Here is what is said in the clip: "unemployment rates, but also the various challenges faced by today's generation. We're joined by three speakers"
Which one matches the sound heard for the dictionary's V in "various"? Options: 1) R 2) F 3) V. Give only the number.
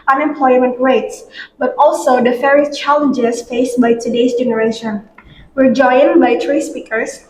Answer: 2